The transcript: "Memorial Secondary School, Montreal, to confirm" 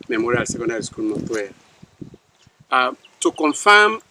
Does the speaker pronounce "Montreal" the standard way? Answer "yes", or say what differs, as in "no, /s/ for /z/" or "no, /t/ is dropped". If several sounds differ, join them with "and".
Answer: no, /n/ is dropped and /w/ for /ɹ/